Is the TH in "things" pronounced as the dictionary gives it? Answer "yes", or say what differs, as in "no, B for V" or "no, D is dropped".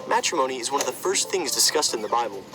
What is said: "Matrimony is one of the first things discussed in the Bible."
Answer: yes